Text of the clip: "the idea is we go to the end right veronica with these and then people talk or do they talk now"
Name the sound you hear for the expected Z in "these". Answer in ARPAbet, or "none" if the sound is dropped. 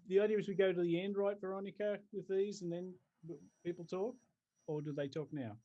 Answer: Z